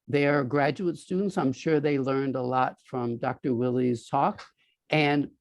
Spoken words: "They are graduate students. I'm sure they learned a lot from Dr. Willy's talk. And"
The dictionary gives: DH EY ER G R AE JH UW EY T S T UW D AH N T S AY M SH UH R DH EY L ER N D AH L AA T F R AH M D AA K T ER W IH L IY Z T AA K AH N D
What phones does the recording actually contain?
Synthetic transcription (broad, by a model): DH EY ER G R AE JH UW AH T S T UW D N T S AY M SH UH R DH EY L ER N D AH L AA T F R AH M D AA K T ER W IH L IY Z T AA K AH N